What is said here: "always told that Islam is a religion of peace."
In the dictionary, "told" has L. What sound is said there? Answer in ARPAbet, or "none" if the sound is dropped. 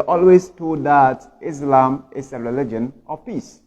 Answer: none